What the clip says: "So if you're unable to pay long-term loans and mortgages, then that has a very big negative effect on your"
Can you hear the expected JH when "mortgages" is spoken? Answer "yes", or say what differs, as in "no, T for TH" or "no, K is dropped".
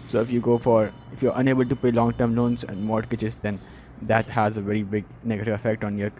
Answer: no, CH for JH